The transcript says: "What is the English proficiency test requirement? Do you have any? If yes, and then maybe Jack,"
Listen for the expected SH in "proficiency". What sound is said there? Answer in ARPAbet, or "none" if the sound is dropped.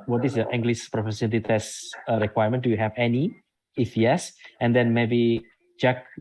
S